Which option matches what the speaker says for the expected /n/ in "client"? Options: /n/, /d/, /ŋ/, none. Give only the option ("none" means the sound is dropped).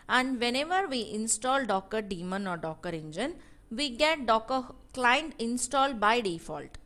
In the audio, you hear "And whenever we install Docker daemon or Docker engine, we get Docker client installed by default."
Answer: /n/